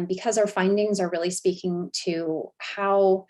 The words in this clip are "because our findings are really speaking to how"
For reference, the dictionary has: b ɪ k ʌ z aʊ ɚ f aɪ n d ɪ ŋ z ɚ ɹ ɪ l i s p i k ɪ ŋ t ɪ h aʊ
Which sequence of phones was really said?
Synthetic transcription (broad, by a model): b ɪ k ʌ z aʊ ɚ f aɪ n d ɪ ŋ z ɚ ɹ ɪ l i s p i k ɪ ŋ t ɪ h aʊ